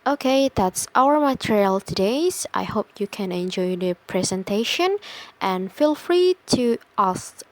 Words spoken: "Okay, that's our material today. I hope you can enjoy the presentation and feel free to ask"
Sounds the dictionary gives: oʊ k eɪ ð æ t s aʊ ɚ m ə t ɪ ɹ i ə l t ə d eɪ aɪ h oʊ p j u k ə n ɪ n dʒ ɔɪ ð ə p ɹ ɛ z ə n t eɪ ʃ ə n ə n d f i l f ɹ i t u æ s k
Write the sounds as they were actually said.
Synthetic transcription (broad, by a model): oʊ k eɪ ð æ t s aʊ ɚ m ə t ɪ ɹ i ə l t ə d eɪ aɪ h oʊ p j u k ə n ɪ n dʒ ɔɪ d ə p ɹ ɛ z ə n t eɪ ʃ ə n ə n f i l f ɹ i t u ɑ s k